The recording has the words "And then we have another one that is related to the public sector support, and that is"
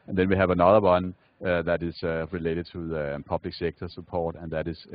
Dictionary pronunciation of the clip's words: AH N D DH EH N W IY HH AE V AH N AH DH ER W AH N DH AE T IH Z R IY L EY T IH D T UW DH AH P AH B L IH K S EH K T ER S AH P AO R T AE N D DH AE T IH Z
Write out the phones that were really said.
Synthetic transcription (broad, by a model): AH N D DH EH N W IY HH AE V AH N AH DH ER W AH N DH AE T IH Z R IY L EY T IH D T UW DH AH P AH B L IH K S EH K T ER S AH P AO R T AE N DH AE T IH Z